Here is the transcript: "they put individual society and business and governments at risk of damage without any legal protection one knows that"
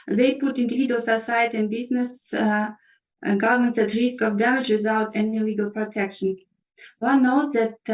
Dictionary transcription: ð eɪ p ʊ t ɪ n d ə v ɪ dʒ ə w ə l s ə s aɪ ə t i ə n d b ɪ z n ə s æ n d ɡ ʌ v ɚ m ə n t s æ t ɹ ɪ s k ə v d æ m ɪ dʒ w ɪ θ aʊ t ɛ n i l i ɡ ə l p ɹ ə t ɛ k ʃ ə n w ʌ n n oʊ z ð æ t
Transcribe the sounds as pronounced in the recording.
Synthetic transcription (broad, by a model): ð eɪ p ʊ t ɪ n d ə v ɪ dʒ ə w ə l s ə s aɪ ə t i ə n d b ɪ z n ə s ɡ ʌ v ɚ m ə n t s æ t ɹ ɪ s k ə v d æ m ɪ dʒ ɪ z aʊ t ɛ n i l i ɡ ə l p ɹ ə t ɛ k ʃ ə n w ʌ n n oʊ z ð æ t